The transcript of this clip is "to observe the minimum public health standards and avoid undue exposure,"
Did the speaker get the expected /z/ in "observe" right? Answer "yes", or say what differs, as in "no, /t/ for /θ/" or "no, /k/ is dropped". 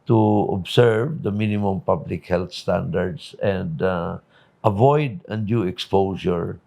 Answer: no, /s/ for /z/